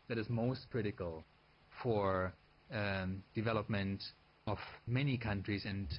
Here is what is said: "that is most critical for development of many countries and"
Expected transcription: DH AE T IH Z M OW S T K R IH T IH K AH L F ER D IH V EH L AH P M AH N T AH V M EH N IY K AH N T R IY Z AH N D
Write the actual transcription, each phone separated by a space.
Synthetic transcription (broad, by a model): DH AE T IH Z M OW S T K R IH T IH K AH L F ER D IH V EH L AH P M AH N T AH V M EH N IY K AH N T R IY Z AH N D